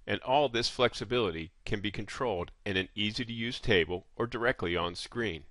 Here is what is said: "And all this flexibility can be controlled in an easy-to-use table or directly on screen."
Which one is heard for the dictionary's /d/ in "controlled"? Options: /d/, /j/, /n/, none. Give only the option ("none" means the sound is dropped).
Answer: /d/